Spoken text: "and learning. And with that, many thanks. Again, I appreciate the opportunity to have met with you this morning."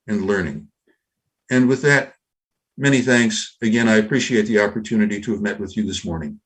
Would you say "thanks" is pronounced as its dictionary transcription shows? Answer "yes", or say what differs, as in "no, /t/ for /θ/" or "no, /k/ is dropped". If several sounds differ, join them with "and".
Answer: yes